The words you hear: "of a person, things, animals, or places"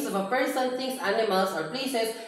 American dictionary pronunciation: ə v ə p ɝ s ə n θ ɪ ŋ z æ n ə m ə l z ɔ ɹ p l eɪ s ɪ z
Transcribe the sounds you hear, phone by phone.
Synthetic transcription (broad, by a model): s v ə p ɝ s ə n t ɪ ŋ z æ n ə m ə l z ɔ ɹ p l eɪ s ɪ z